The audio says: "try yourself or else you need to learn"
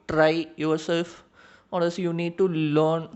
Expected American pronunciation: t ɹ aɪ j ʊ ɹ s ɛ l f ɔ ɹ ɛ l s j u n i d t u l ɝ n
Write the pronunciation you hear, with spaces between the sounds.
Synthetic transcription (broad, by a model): t ɹ aɪ j ʊ ɹ s ɛ l f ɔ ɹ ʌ s j u n i d t u l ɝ n